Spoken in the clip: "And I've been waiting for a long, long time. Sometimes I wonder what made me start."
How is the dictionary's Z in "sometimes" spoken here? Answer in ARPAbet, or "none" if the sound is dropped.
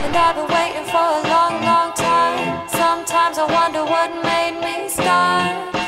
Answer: Z